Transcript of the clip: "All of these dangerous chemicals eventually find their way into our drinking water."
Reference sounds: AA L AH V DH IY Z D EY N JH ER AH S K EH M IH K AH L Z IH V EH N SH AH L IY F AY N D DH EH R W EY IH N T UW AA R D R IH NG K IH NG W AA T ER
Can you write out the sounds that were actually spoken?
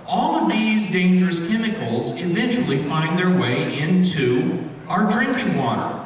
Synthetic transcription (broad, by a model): AA L AH V DH IY Z D EY N JH ER AH S K EH M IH K L Z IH V EH N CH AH L IY F AY N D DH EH R W EY IH N T UW AA R D R IH NG K IH NG W AA T ER